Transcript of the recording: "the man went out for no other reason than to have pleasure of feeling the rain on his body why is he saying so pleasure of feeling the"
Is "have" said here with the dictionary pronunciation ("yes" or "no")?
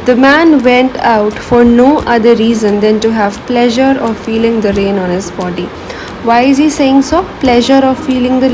yes